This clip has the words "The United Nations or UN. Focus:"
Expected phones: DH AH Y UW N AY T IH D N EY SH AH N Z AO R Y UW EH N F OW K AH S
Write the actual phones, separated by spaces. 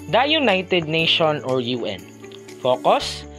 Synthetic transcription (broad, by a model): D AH Y UW N AY T IH D N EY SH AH N AO R Y UW EH N F OW K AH S